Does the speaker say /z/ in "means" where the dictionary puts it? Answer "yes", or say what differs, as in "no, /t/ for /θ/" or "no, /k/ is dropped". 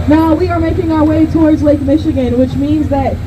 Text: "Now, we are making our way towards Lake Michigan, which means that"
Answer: yes